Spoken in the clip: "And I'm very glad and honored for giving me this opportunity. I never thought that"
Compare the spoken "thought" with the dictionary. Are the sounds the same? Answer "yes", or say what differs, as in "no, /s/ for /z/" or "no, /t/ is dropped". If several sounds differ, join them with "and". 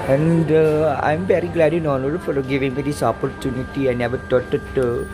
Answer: no, /t/ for /θ/